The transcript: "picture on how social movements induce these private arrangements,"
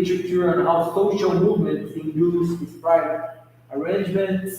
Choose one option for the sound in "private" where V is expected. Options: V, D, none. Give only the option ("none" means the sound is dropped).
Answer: none